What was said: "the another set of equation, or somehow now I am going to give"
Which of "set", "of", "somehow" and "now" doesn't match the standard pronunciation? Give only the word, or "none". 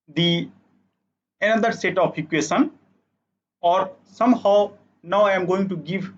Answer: of